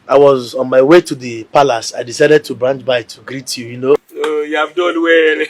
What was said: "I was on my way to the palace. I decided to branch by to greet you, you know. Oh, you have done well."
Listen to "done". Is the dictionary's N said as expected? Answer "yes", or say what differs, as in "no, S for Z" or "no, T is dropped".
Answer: no, L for N